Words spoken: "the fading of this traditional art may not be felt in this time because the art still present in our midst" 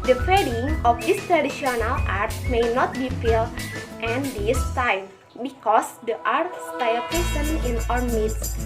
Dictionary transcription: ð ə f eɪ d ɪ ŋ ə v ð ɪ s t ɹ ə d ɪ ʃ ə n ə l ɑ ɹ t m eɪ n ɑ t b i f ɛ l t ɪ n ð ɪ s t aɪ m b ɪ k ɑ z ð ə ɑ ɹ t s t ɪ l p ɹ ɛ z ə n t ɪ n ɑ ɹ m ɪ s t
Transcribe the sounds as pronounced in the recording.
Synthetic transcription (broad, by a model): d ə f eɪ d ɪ ŋ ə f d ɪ s t ɹ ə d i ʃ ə n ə l ɑ ɹ t m eɪ n ɑ t b i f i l t ɪ n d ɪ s t aɪ m b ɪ k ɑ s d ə ɑ ɹ t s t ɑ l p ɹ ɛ s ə n ɪ n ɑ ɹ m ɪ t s